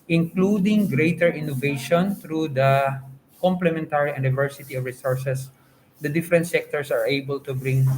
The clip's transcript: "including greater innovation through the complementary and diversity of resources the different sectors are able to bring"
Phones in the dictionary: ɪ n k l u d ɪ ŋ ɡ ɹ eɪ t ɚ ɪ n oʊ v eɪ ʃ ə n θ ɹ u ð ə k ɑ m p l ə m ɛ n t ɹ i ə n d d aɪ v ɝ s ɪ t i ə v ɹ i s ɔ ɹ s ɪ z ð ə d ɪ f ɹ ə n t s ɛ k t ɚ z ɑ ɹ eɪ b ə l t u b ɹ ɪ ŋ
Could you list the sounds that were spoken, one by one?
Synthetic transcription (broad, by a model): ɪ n k l u d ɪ ŋ ɡ ɹ eɪ t ɚ ɪ n oʊ v eɪ ʃ ə n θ ɹ u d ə k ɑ m p l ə m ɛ n t ɹ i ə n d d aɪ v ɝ s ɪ t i ə v ɹ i s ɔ ɹ s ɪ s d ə d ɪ f ɹ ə n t s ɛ k t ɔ s ɑ ɹ eɪ b ə l t u b ɹ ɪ ŋ